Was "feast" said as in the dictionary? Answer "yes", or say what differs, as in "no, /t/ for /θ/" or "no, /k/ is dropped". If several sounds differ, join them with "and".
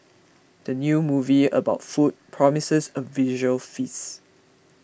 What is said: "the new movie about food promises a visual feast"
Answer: no, /t/ is dropped